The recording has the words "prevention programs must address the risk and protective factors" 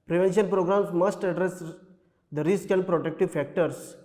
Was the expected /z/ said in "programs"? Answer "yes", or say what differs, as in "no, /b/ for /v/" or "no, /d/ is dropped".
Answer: no, /s/ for /z/